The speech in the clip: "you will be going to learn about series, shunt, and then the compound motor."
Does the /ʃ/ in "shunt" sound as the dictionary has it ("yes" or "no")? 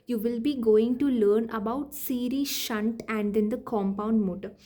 yes